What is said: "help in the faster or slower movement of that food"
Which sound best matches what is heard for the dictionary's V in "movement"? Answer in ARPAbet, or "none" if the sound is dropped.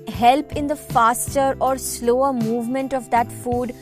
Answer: V